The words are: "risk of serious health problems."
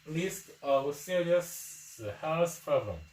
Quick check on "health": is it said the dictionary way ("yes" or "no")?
no